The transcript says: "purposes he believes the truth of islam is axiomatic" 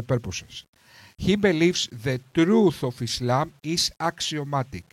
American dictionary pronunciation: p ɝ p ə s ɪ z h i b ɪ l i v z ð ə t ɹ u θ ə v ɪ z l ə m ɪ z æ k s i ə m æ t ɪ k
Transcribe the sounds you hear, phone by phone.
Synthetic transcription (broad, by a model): p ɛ p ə s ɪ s h i b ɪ l i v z ð ə t ɹ u θ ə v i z l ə m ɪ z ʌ k s i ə m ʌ t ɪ k